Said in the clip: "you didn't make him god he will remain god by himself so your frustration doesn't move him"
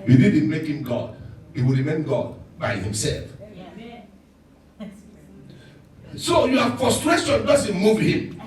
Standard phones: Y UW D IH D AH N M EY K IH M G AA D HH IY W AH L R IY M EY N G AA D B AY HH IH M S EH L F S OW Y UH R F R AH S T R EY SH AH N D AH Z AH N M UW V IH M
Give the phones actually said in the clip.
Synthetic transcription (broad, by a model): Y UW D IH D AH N M EY K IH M G AA D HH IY W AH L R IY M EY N G AA D B AY HH IH M S EH L F S OW Y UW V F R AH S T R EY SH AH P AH S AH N M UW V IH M